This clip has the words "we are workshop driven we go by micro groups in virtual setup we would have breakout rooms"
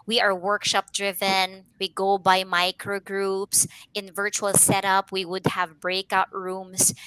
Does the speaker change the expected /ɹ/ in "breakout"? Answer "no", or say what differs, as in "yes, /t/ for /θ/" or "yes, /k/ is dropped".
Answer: no